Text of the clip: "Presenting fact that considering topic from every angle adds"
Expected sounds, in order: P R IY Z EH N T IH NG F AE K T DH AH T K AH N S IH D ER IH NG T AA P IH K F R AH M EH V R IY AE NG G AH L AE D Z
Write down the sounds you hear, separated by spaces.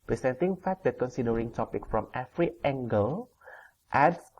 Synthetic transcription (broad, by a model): P R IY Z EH N T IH NG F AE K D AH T K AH N S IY D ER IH NG T AA P IH K F R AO M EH F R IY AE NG G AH L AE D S